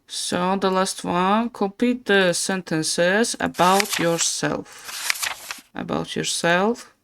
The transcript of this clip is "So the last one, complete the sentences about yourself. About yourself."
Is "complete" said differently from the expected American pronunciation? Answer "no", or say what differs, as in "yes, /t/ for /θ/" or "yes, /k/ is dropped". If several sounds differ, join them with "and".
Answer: yes, /l/ is dropped